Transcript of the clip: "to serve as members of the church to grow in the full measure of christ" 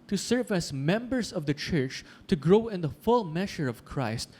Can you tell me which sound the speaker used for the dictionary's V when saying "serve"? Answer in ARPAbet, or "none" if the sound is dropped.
V